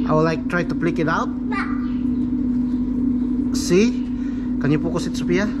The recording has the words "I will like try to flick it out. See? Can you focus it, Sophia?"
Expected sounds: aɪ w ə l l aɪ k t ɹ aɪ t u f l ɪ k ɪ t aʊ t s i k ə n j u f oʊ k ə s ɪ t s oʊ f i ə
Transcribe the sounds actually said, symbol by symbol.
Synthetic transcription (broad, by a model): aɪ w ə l l aɪ k t ɹ aɪ t u p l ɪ k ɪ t aʊ t s i k ə n j u p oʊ k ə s ɪ t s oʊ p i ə